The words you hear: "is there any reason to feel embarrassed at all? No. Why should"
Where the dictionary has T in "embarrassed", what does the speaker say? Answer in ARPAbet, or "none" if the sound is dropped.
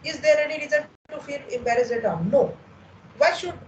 none